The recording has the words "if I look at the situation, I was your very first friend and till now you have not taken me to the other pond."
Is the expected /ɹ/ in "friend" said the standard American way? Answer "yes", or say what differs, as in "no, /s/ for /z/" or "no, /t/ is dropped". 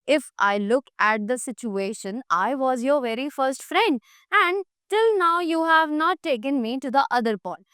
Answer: yes